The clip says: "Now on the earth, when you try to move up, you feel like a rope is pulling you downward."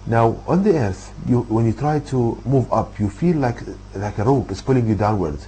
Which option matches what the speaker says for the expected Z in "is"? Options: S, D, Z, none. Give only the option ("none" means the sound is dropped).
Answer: S